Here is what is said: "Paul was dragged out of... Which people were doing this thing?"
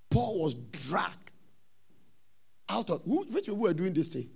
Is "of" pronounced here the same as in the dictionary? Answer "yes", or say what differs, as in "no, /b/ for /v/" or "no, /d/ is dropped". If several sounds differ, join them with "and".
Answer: no, /w/ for /v/